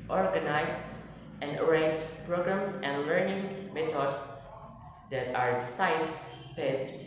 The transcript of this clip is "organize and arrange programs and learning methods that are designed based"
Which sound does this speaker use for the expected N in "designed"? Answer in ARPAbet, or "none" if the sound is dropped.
none